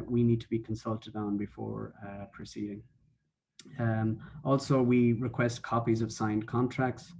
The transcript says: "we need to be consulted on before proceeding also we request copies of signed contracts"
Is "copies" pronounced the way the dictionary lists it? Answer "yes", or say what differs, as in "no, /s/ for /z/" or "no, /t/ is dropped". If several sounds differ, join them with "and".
yes